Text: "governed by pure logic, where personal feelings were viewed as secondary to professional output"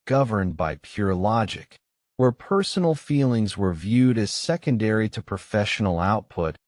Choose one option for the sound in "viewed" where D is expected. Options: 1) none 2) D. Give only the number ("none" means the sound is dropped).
2